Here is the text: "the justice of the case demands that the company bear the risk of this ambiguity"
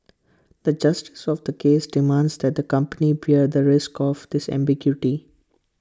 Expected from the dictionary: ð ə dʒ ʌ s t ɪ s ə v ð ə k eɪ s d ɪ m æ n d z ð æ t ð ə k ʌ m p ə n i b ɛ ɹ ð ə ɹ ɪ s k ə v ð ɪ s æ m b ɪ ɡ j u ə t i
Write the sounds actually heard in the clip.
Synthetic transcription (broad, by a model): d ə dʒ ʌ s t ɪ s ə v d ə k eɪ s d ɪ m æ n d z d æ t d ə k ʌ m p ə n i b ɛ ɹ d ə ɹ ɪ s k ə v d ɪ s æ m b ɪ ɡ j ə t i